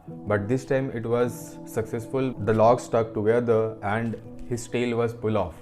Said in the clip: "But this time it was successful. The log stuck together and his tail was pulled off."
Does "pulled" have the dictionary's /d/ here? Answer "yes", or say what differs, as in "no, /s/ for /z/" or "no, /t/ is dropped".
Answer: no, /d/ is dropped